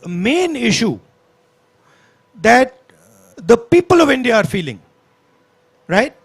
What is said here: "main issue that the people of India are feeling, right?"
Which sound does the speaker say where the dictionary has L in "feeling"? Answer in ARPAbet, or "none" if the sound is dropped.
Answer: L